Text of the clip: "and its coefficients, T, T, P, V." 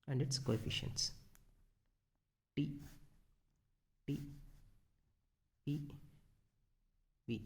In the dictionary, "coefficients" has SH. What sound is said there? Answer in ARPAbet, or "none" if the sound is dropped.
SH